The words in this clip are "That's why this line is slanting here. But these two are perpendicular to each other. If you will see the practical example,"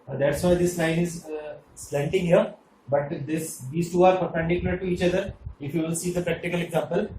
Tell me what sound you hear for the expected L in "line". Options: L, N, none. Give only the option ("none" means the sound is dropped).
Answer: N